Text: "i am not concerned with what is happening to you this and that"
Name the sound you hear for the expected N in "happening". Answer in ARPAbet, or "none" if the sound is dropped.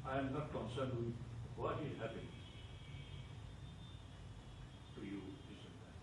none